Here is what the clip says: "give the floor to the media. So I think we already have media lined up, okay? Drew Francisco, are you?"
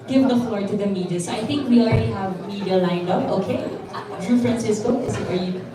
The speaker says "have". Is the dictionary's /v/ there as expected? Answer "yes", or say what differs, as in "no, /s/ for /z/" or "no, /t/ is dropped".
yes